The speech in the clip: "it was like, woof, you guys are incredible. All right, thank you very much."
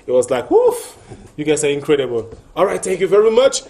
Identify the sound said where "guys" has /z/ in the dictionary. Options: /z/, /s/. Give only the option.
/s/